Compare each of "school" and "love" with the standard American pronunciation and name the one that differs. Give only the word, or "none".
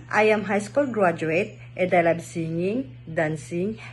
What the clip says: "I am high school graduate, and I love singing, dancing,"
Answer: love